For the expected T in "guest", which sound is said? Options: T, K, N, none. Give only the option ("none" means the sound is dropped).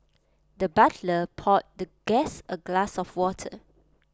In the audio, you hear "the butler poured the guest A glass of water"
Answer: none